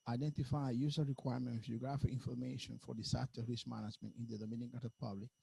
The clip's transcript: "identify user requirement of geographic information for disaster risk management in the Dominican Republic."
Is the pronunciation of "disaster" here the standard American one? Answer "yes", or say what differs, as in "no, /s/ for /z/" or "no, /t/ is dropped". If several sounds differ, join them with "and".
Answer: no, /s/ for /z/